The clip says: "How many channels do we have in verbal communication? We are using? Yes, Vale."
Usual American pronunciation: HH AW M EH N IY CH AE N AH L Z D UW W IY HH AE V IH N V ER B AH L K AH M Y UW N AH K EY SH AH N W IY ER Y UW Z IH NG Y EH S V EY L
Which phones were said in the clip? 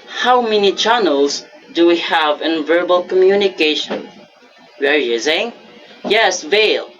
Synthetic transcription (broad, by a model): HH AW M EH N IY CH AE N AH L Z D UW W IY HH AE V IH N V ER B AH L K AH M Y UW N AH K EY SH AH N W ER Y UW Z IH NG Y EH S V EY L